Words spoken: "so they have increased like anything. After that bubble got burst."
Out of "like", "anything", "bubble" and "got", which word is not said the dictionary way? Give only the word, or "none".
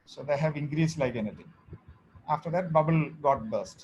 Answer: anything